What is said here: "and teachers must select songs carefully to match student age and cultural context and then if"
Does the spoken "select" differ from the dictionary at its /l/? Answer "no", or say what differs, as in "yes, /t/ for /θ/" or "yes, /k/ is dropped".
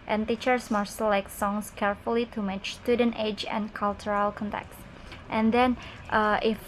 yes, /l/ is dropped